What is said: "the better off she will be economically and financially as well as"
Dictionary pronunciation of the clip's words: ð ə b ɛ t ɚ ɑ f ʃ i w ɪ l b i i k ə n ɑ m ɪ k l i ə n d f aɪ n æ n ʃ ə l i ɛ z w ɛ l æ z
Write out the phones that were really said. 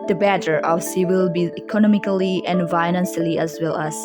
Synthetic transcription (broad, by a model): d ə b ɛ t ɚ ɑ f s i w ɪ l b i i k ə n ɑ m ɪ k l i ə n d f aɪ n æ n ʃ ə l i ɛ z w ɛ l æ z